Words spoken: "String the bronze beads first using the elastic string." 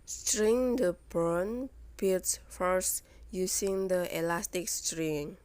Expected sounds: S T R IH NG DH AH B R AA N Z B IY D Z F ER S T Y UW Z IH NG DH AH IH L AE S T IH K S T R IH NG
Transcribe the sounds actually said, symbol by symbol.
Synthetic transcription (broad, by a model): S T R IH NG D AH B R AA N B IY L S F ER S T Y UW S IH NG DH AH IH L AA S T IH K S T R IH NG